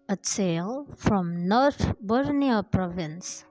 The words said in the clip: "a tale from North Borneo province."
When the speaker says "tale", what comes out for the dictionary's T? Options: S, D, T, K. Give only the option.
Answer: S